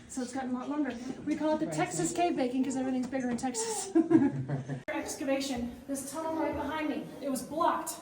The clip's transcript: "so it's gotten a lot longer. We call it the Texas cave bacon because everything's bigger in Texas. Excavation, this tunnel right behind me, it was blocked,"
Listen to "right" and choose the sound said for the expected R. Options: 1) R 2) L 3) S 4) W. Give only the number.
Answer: 2